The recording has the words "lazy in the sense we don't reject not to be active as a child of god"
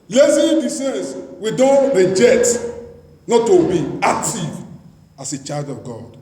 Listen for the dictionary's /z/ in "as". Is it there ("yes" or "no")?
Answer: no